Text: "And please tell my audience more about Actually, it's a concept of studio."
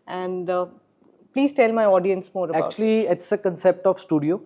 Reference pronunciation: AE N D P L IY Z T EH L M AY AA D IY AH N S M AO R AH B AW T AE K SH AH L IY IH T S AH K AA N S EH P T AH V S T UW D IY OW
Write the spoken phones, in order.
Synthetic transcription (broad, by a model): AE N D P L IY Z T EH L M AY AA D IY AH N S M AO R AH AW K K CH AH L IY IH T S AH K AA N S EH P T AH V S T UW D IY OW